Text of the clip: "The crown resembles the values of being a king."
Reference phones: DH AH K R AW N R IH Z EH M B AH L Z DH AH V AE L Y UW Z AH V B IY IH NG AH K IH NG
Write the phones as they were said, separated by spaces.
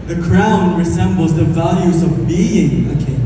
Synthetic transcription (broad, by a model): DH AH K R AW N R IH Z EH M B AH L Z DH AH V AE L Y UW Z AH V B IY IH NG AH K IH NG